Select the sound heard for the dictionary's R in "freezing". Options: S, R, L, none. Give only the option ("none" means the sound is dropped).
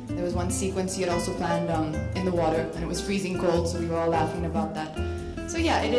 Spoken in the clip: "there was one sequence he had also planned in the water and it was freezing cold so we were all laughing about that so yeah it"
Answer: R